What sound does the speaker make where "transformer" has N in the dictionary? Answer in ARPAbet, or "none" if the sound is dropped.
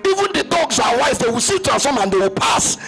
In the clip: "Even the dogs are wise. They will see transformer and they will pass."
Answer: none